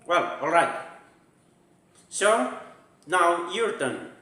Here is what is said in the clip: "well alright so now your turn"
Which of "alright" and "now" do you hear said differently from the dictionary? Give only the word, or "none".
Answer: none